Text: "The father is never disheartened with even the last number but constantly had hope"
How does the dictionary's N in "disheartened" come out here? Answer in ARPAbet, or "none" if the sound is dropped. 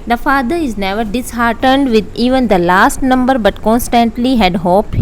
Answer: N